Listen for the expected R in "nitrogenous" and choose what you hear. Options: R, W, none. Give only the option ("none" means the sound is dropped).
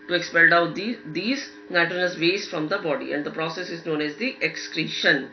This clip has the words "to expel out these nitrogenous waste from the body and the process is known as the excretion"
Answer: none